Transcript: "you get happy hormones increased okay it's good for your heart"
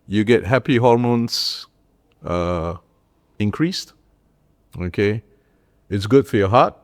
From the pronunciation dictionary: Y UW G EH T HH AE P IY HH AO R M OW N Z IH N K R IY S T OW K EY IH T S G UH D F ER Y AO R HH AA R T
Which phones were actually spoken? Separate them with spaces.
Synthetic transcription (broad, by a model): Y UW G EH T HH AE P IY HH AO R M OW N S IH N K R IY S T OW K EY IH T S G UH D F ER Y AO HH AA T